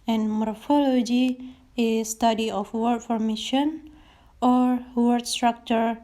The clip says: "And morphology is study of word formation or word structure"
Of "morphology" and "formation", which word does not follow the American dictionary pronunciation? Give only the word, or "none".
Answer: none